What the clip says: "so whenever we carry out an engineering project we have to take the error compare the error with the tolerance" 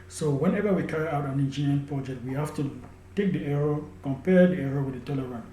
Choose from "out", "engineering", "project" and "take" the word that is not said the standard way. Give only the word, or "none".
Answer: engineering